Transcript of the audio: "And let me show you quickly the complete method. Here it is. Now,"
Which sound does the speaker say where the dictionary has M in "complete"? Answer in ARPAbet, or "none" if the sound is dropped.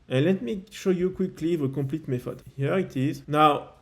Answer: none